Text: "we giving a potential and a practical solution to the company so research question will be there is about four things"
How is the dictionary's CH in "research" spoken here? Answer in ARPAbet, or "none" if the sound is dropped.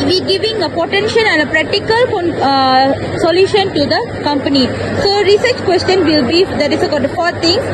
CH